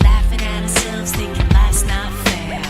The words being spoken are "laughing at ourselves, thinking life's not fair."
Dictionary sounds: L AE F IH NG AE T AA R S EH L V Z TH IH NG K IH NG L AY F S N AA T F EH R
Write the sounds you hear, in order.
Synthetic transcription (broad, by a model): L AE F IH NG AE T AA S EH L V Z T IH K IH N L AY S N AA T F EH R